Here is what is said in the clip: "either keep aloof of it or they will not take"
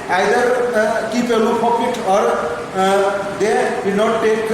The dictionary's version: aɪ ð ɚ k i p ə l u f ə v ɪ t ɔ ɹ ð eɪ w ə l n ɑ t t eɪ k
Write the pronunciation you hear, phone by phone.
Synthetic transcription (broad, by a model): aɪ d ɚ k i p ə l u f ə p ɪ t ɔ ɹ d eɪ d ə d n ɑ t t eɪ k